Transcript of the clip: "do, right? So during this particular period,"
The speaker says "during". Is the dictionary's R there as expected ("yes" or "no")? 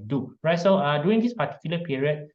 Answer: no